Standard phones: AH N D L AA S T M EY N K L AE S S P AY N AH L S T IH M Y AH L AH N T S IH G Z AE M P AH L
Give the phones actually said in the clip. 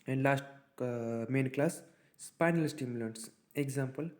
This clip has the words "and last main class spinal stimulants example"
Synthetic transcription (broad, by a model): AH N D L AA S T M EY N K L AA S S P AY N AH L S T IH M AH L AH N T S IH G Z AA M P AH L